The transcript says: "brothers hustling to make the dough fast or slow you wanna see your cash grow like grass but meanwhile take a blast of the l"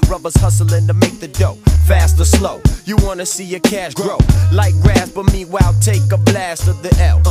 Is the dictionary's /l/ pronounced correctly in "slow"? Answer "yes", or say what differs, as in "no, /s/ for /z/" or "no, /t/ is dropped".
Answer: yes